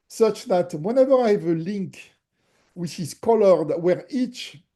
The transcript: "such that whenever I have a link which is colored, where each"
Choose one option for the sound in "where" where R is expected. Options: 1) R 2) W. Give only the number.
1